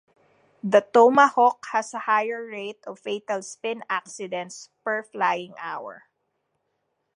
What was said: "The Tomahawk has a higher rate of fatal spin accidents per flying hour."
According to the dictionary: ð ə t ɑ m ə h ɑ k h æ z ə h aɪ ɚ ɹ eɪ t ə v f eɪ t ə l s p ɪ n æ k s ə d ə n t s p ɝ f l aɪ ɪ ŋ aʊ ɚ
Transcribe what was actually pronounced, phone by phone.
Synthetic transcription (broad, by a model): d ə t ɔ m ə h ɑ k h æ s ə h aɪ ɚ ɹ eɪ t ə v f eɪ t ə l s p ɪ n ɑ k s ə d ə n t s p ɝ f l aɪ ɪ ŋ aʊ ɚ